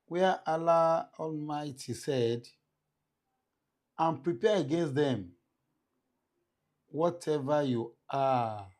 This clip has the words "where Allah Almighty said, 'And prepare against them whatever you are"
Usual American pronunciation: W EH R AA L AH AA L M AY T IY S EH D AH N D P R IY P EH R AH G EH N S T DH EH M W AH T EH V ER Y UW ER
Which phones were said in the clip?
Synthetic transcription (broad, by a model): W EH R AA L AH AA L M AY T IY S EH D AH N P R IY P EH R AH G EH N S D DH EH M W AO T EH V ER Y UW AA